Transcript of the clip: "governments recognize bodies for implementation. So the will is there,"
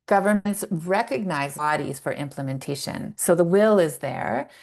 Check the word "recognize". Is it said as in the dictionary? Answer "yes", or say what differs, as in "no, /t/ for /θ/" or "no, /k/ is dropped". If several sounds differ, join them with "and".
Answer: yes